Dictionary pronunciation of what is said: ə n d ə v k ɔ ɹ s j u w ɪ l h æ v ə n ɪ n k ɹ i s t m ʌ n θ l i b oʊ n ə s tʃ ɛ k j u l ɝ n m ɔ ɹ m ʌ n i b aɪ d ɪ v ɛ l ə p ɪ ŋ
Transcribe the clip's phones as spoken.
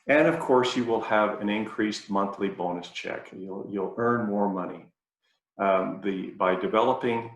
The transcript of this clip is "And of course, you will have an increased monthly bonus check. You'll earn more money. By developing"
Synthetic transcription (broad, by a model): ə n ə v k ɔ ɹ s j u w ɪ l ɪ v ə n ɪ n k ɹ i s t m ʌ n θ l i b oʊ n ə s tʃ ɛ k j u l ɝ n m ɔ ɹ m ʌ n i b aɪ d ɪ v ɛ l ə p ɪ ŋ